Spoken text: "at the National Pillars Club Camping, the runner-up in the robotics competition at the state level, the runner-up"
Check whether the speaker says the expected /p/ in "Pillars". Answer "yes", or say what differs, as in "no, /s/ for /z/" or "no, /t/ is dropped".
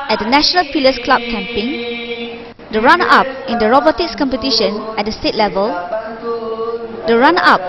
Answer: no, /f/ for /p/